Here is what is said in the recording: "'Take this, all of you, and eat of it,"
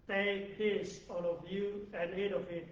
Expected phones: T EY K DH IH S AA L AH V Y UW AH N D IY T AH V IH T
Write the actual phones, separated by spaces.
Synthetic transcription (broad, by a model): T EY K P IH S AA N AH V Y UW AH N D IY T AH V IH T